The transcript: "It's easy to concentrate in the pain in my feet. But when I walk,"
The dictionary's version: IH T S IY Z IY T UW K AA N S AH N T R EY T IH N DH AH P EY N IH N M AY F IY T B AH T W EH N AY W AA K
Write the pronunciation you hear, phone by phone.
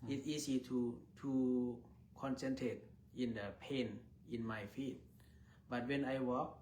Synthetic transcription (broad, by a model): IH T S IY S IY T UW K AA N S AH N T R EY T IH N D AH P EY N IH N M AY F IY T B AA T W EH N AY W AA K